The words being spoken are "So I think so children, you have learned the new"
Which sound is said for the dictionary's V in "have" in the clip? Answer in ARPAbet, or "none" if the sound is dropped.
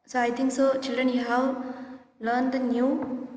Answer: W